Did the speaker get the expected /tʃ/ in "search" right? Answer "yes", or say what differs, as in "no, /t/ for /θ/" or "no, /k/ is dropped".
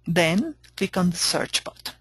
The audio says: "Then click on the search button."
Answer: yes